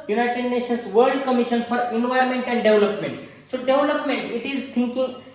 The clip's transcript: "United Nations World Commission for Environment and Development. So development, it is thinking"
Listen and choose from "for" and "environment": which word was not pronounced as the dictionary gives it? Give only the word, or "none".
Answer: environment